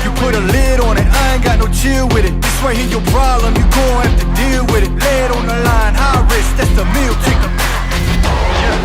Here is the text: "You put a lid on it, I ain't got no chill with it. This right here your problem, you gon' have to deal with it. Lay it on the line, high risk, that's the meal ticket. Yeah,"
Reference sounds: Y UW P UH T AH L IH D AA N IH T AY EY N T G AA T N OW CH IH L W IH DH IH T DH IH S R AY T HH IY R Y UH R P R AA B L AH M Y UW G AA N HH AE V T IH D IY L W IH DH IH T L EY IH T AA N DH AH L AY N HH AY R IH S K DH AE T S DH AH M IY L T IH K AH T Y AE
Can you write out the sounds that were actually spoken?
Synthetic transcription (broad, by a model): Y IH P UH T AH L IH D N IH T AY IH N G AA T N OW CH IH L W IH DH IH T DH IH S W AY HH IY Y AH R P R AA B L AH M Y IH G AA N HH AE F T IH D IY L W IH DH IH T L EY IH T N DH AH L AY N HH AY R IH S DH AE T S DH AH M IY L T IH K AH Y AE